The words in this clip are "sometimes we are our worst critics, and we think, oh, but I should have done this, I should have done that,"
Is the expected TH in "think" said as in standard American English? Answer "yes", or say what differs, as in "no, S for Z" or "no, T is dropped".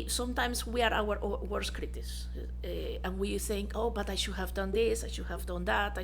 yes